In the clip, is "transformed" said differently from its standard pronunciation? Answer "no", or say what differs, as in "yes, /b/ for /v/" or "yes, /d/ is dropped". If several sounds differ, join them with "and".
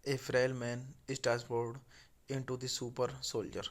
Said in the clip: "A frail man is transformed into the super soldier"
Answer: yes, /ɹ/ is dropped and /n/ is dropped and /m/ is dropped